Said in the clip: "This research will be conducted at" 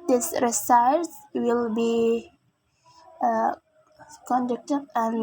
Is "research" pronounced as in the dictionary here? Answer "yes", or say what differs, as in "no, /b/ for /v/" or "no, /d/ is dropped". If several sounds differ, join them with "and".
no, /s/ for /tʃ/